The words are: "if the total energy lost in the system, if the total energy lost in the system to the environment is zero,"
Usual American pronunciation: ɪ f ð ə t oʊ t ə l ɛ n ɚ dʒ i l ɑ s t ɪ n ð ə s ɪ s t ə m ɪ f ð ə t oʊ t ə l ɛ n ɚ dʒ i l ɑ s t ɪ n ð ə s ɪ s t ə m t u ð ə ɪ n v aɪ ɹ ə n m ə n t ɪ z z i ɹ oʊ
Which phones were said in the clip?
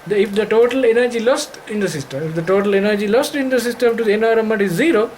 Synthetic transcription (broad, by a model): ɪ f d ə t oʊ t ə l ɛ n ɚ dʒ i l ɑ s t ɪ n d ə s ɪ s t ə m ɪ f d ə t oʊ t ə l ɛ n ɚ dʒ i l ɑ s t ɪ n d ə s ɪ s t ə m t u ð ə n aɪ ɹ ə m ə t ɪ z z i ɹ oʊ